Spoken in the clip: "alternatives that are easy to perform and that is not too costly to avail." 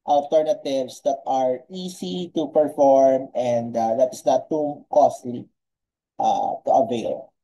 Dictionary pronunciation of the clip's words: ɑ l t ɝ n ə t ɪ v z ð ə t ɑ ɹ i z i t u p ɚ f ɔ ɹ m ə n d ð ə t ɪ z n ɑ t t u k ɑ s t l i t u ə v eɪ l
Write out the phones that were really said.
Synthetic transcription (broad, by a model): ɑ l t ɝ n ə t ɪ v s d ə t ɑ ɹ i s i t u p ɚ f ɔ ɹ m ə n d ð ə t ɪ s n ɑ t t u k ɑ s t l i t u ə v eɪ l